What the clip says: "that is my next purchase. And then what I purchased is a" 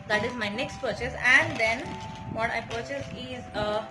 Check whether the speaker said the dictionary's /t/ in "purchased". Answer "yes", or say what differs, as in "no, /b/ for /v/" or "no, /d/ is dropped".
no, /t/ is dropped